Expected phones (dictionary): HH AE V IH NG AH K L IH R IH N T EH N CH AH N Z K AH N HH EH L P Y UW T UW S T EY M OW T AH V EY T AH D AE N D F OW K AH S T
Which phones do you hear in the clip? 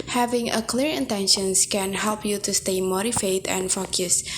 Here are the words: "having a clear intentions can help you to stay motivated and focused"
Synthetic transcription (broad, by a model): HH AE V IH NG AH K L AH R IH N T EH N SH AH N S K AH N HH EH L P Y UW T UW S T EY M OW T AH F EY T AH N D F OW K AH S